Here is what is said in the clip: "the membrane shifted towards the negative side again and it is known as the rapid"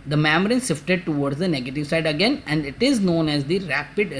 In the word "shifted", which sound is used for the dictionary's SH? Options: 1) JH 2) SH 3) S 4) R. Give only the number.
3